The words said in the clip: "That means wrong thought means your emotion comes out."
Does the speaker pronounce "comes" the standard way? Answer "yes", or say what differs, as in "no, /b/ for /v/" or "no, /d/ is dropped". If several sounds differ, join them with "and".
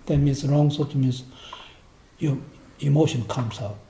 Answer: no, /s/ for /z/